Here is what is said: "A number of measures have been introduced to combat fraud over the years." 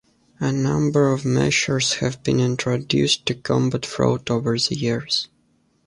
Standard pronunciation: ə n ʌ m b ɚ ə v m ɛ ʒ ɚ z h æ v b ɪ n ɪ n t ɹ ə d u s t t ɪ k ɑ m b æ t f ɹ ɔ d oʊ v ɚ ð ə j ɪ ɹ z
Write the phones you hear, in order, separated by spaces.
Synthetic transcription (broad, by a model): ə n ʌ m b ɚ ə v m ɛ ʃ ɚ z h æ v b ɪ n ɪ n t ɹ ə d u s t t ɪ k ɑ m b æ t f ɹ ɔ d oʊ v ɚ ð ə j ɪ ɹ z